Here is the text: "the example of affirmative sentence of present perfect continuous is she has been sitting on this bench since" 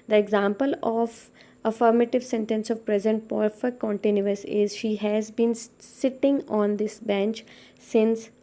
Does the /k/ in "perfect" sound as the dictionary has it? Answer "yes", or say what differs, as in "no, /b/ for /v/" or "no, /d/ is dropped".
no, /k/ is dropped